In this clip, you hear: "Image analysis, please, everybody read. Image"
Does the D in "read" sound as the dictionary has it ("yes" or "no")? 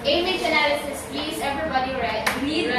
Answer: no